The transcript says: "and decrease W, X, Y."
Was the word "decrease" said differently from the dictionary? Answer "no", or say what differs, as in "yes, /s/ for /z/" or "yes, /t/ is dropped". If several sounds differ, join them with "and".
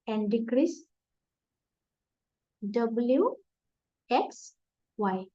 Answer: no